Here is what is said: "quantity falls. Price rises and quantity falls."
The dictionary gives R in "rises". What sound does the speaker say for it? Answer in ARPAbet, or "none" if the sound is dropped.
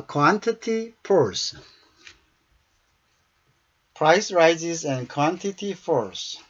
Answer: R